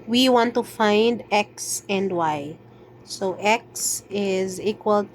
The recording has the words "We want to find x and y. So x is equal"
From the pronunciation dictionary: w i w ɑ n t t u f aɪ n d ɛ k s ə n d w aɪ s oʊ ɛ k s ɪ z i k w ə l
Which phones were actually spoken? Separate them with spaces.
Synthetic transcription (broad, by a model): w i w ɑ n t t u f aɪ n d ɛ k s ə n d w aɪ s oʊ ɛ k s ɪ z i k w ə l